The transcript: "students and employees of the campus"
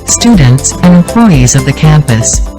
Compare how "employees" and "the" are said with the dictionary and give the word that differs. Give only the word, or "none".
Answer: none